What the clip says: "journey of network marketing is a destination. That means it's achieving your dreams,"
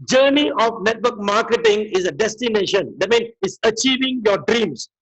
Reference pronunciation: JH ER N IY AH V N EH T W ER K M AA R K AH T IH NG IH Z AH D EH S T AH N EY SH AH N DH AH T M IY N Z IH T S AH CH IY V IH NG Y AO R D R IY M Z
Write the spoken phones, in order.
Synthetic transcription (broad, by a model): JH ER N IY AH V N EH T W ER K M AA K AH T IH NG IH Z AH D EH S T AH N EY SH AH N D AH T M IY N IH T S AH CH IY V IH NG Y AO D R IY M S